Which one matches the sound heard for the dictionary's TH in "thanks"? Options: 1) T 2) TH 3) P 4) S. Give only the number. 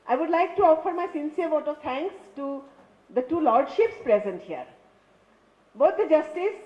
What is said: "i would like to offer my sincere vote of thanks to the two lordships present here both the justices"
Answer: 1